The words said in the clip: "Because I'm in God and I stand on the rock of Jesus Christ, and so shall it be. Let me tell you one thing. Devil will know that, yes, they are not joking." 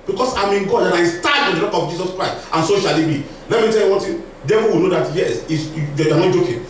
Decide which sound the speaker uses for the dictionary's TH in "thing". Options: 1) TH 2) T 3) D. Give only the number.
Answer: 2